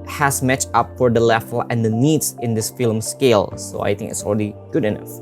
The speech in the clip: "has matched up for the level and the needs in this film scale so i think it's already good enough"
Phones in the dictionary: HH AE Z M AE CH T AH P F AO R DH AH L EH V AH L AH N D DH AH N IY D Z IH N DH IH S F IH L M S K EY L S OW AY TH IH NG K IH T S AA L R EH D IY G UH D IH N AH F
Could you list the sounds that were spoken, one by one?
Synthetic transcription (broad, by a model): HH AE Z M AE CH AH P F AO R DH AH L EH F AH L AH N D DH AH N IY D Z IH N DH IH S F IH L M S K EY L S OW AY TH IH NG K IH T S AA L R EH D IY G UH D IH N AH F